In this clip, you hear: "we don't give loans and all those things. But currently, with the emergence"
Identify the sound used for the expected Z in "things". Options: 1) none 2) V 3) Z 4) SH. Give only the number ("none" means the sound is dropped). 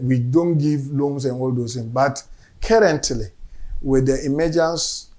1